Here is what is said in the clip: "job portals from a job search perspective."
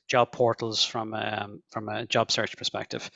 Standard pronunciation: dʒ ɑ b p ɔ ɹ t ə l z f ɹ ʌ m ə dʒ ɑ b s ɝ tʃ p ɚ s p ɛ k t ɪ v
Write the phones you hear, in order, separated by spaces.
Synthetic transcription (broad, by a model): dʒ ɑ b p ɔ ɹ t l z f ɹ ʌ m ə dʒ ɑ b s ɝ tʃ p ɚ s p ɛ k t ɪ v